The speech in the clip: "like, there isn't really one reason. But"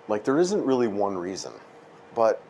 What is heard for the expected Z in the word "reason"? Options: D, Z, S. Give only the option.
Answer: Z